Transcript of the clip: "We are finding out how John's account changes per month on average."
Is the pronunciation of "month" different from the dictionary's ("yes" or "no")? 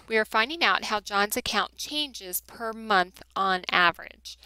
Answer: no